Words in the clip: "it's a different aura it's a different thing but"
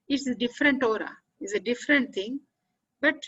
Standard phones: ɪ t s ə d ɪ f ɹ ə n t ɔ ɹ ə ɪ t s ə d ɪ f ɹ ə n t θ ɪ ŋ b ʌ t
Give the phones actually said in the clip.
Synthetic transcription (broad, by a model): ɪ t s ə d ɪ f ɹ ə n t ɔ ɹ ə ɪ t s ə d ɪ f ɹ ə n t t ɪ ŋ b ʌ t